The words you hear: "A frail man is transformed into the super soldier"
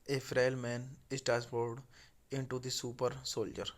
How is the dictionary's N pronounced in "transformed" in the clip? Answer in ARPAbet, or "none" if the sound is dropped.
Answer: none